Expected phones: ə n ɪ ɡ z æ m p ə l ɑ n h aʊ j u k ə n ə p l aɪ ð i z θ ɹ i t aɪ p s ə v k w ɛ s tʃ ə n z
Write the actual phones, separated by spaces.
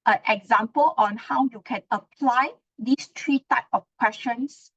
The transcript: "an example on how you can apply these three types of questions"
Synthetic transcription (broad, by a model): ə n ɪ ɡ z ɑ m p ə l ɑ n h aʊ j u k ə n ə p l aɪ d i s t ɹ i t aɪ p ə f k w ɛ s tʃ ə n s